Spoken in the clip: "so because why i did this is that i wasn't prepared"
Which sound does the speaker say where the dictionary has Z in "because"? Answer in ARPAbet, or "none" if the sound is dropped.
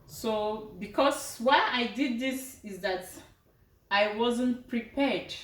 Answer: S